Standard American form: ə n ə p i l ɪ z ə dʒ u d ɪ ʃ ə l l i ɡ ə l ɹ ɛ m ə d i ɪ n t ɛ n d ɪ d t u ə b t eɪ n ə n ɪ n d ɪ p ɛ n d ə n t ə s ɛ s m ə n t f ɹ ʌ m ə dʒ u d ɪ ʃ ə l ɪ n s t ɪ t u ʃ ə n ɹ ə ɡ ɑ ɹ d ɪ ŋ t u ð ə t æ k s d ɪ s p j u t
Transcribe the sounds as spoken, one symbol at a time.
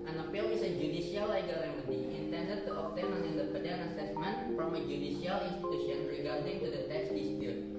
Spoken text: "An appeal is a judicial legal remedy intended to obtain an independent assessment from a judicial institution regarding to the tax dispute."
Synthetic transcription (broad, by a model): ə n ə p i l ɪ s ə dʒ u d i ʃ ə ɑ l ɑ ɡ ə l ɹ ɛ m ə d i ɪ n t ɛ n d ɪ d t u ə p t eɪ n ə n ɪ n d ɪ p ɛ d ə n ə s ɛ s m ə n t f ɹ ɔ m ə dʒ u d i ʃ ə l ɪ n s t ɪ t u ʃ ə n ɹ ə ɡ ɑ ɹ d ɪ ŋ t u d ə t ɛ k s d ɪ s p j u t